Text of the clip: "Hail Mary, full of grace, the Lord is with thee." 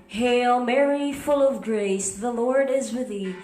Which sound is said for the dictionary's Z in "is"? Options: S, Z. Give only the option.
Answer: Z